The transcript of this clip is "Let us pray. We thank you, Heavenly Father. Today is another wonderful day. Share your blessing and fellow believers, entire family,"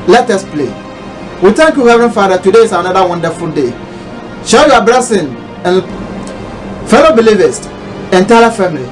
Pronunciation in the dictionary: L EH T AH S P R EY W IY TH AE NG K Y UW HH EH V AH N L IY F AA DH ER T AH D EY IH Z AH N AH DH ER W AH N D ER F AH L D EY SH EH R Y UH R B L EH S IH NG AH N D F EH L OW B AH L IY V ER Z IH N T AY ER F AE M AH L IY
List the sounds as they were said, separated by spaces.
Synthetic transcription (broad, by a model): L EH T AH S P L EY W IY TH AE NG K Y UW HH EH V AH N F AA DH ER T AH D EY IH S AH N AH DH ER W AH N D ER F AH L D EY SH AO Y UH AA B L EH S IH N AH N F EH L OW B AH L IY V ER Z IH N T AY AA F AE M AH L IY